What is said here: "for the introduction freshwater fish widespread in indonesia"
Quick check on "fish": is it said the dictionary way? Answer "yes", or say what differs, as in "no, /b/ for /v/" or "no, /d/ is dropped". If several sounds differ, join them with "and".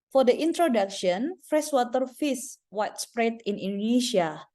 no, /s/ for /ʃ/